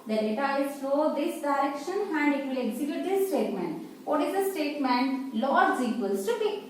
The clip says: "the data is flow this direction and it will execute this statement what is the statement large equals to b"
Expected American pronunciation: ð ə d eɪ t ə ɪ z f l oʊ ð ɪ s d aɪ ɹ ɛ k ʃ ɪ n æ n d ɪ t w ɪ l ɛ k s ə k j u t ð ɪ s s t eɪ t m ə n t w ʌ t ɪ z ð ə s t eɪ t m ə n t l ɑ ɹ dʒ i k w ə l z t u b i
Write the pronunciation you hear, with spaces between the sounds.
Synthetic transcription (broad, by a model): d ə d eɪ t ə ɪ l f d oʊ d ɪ s d aɪ ɹ ɛ k ʃ ɪ n æ n d ɪ t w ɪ l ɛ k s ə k j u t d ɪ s s t eɪ t m ə n t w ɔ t ɪ z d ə s t eɪ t m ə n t l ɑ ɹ z i k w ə l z t u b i